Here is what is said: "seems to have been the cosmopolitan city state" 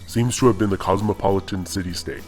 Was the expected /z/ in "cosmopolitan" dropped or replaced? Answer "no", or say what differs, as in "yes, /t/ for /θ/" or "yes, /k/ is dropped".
no